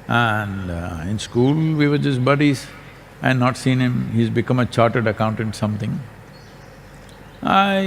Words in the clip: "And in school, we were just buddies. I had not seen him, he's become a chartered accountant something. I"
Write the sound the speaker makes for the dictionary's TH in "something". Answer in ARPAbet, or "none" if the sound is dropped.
T